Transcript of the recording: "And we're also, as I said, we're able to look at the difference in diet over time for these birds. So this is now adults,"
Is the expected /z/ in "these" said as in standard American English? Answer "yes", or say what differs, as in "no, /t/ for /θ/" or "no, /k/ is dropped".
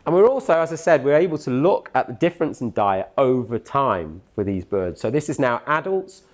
yes